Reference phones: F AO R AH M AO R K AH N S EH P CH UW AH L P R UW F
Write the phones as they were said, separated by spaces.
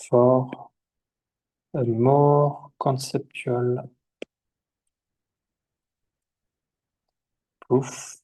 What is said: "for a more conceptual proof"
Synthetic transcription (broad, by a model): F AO R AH M AO R K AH S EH P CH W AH L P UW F